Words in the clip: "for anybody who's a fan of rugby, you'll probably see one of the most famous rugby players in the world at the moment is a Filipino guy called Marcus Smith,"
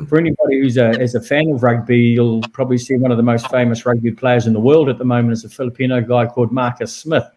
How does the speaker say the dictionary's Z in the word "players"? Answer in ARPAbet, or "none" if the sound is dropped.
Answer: Z